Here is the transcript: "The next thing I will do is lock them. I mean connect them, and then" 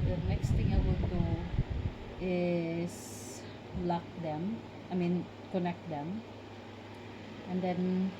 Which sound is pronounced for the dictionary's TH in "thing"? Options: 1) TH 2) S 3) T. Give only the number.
3